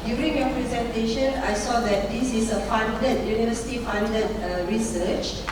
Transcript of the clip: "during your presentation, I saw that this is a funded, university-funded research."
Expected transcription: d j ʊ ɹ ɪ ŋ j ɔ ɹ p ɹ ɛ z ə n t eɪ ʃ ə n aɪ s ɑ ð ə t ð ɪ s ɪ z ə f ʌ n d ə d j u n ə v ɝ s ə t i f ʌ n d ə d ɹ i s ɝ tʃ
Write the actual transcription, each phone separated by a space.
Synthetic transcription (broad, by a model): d j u ɹ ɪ ŋ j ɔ p ɹ ɛ z ə n t eɪ ʃ ə n aɪ s ɑ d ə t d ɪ s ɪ s ə f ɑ n d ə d j u n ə v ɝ s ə t i f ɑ n d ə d ɹ i s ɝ tʃ